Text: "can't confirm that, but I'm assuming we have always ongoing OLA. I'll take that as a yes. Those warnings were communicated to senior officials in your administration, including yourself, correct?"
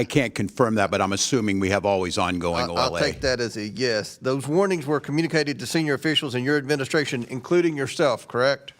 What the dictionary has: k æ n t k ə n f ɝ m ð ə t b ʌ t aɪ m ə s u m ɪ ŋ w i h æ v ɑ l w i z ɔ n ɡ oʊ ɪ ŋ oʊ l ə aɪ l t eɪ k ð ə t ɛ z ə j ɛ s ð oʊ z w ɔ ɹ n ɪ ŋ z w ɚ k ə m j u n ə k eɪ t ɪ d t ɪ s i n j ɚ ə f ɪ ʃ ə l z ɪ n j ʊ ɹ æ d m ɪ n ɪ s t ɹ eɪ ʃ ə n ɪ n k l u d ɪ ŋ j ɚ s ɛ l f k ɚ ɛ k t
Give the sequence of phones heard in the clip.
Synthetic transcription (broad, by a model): k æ n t k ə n f ɝ m ð ə t b ʌ t aɪ m ə s u m ɪ ŋ w i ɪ v ɑ l w i z ɔ n ɡ oʊ ɪ ŋ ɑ ə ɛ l t eɪ k ð ə t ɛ z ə j ɛ s ð oʊ z w ɔ ɹ n ɪ ŋ z w ɚ k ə m j u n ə k eɪ t ɪ d t ɪ s i n j ɚ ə f ɪ ʃ l z ɪ n j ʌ ɹ æ d m ɪ n ɪ s t ɹ eɪ ʃ ə n ɪ n k l u d ɪ ŋ j ɚ s ɛ l f k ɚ ɛ k t